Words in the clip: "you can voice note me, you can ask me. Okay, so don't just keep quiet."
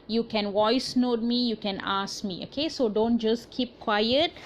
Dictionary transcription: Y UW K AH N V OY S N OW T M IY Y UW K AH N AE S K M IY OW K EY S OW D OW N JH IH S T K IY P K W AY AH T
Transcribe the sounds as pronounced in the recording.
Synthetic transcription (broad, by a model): Y UW K AH N W OY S N OW T M IY Y UW K AH N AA S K M IY OW K EY S OW D OW N JH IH S K IY P K W AY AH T